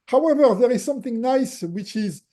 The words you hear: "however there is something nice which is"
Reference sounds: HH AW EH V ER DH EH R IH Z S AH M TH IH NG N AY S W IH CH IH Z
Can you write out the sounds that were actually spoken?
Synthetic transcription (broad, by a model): HH AW EH V ER DH EH R IH Z S AH M TH IH NG N AY S W IH CH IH Z